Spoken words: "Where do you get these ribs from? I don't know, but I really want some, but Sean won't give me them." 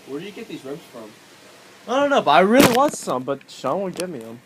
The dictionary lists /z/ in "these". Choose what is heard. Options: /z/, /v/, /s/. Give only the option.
/z/